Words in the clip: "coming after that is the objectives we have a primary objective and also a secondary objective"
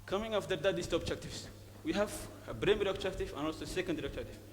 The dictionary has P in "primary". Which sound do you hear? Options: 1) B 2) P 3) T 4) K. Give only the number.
1